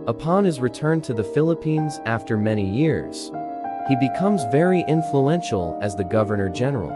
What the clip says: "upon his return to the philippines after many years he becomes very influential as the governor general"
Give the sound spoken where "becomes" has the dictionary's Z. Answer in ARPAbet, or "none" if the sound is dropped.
Z